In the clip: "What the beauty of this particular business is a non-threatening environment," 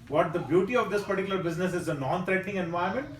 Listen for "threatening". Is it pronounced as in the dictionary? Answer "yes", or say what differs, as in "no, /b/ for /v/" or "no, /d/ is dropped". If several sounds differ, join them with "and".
no, /t/ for /θ/